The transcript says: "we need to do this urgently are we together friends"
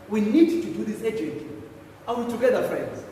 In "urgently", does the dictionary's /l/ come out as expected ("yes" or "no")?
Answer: no